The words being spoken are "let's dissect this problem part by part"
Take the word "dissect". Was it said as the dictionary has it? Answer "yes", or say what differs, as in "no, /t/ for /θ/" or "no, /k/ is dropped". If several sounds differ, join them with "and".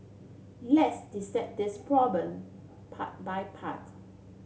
no, /k/ is dropped